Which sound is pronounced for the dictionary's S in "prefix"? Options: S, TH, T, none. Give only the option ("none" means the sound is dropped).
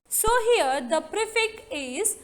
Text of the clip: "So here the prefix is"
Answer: none